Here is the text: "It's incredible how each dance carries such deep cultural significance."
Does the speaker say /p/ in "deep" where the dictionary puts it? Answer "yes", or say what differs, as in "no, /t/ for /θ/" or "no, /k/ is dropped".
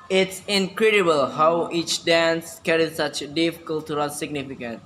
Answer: no, /f/ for /p/